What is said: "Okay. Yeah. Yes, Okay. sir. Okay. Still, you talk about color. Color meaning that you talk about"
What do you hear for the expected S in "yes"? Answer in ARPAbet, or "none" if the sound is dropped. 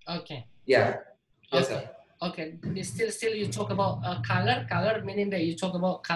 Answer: none